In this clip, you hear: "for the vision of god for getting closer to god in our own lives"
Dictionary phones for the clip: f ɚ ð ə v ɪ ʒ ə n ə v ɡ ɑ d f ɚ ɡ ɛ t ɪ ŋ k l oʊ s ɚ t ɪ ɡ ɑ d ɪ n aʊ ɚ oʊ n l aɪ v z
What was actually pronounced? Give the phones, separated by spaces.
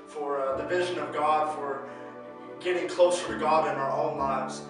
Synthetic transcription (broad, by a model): f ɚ ð ə v ɪ ʒ ə n ə v ɡ ɑ d f ɚ ɡ ɛ t ɪ ŋ k l oʊ s ɚ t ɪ ɡ ɑ d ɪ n aʊ ɚ oʊ n l aɪ v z